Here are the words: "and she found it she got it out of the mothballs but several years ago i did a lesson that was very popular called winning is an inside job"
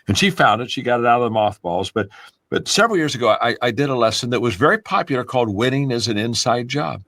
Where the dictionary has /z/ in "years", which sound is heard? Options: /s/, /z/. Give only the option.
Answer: /z/